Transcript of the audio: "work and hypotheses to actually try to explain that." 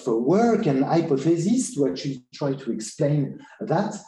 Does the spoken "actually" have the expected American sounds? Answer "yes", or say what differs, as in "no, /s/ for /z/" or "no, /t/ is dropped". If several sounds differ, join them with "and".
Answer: no, /k/ is dropped